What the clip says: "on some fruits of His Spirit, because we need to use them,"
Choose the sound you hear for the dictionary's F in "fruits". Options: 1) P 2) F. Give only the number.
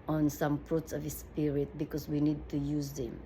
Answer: 1